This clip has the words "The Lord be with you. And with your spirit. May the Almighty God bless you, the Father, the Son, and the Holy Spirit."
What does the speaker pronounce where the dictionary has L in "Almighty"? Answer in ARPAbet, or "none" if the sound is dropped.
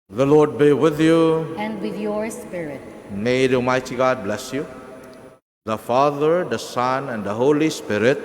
none